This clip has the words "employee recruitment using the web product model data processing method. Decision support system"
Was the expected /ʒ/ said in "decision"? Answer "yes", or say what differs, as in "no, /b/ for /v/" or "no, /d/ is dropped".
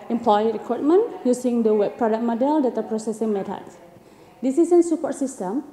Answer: no, /s/ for /ʒ/